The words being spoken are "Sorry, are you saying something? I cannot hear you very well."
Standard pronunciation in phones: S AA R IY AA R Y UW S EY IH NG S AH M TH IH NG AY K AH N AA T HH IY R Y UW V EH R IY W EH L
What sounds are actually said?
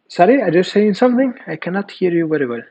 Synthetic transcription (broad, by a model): S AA R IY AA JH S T S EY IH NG S AH M TH IH NG AY K AH N AA T HH IY R Y UW V EH R IY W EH L